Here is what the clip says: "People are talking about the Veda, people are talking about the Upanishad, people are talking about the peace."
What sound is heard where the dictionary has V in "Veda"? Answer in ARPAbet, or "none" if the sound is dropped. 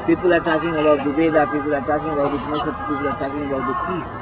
B